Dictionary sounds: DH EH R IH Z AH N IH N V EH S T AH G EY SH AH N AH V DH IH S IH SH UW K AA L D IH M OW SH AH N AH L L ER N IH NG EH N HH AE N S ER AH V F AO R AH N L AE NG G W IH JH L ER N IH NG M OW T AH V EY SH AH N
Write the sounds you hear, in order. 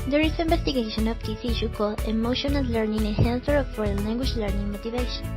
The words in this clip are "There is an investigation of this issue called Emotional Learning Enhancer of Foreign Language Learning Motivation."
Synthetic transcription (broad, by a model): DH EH R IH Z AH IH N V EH S T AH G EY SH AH N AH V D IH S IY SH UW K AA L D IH M OW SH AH N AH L L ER N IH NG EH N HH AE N TH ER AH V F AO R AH L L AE NG G W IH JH L ER N IH NG M OW T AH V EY SH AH N